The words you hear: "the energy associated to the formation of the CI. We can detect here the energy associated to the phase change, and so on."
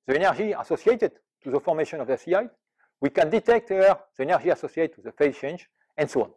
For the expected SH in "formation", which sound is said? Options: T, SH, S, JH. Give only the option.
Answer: SH